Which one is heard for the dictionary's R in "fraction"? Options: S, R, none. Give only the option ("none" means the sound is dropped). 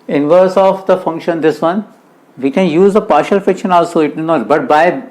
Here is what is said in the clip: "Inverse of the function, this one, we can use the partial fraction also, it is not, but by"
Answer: none